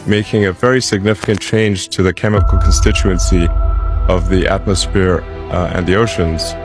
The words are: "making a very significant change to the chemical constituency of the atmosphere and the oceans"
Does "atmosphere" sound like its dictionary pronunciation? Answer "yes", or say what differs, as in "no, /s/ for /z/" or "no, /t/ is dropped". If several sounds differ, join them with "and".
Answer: yes